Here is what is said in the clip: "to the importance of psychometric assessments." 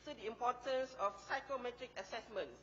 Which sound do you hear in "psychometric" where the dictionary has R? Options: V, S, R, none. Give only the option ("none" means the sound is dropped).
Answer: R